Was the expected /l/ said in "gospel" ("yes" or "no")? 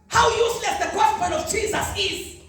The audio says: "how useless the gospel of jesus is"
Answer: no